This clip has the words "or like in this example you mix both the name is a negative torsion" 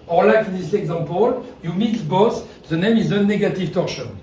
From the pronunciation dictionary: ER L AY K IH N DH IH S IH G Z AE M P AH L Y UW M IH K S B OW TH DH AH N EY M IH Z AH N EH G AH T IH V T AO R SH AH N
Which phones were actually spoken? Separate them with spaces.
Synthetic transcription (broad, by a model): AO L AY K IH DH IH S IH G Z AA P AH L Y UW M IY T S B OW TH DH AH N EY M IH Z AH N EH G AH T IH V T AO R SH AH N